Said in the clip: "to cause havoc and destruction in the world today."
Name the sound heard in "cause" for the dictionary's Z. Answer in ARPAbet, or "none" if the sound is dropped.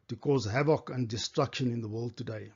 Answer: Z